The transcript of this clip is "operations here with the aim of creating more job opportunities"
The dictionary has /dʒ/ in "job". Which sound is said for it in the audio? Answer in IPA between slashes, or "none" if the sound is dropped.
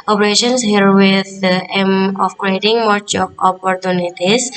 /tʃ/